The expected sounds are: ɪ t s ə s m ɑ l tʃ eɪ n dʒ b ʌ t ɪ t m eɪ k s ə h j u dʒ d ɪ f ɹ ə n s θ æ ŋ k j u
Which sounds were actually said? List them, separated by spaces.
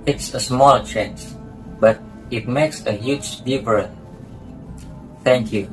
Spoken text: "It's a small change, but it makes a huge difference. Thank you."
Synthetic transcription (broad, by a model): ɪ t s ə s m ɑ l tʃ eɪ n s b ʌ t ɪ t m eɪ k s ə h j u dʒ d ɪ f ɹ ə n θ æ ŋ k j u